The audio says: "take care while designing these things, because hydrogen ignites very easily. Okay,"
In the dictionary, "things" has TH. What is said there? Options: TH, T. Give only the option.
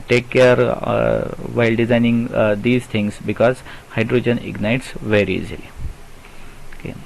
T